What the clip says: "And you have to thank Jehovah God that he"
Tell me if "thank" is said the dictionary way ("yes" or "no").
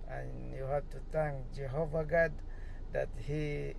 no